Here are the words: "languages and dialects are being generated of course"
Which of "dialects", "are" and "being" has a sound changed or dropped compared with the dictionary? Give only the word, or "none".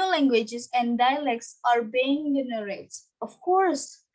none